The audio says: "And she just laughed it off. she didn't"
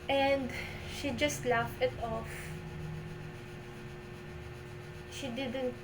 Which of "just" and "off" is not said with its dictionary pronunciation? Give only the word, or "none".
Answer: none